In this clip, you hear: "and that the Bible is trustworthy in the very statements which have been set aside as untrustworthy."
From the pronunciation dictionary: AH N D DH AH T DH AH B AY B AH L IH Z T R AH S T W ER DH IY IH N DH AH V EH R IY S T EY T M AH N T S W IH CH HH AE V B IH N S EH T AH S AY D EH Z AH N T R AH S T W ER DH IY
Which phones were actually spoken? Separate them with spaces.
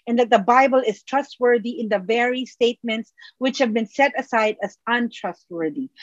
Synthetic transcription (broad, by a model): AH N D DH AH T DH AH B AY B AH L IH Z T R AH S T W ER DH IY IH N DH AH V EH R IY S T EY T M AH N T S W IH CH HH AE V B IH N S EH T AH S AY D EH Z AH N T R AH S T W ER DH IY